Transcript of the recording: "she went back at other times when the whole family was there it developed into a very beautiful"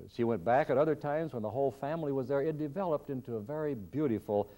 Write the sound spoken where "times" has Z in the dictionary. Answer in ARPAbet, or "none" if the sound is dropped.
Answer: Z